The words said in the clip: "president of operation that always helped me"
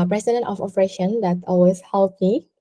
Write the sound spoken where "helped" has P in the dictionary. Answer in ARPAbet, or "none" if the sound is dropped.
none